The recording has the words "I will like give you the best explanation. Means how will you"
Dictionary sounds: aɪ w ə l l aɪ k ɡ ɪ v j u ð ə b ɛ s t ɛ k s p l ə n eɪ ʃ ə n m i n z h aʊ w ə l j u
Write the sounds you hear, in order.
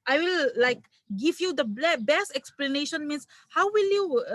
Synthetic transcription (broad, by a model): aɪ w ə l l aɪ k ɡ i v j u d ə b ɛ s t ɛ k s p l ə n eɪ ʃ ə n m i n s h aʊ w ə l j u